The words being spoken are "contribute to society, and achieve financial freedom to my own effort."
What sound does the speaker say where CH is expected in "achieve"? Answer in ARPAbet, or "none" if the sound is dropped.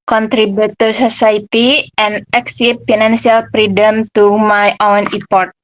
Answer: S